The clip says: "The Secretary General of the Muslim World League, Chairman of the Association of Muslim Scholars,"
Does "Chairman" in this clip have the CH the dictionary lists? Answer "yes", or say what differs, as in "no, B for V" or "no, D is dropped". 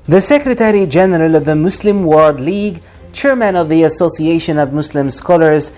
yes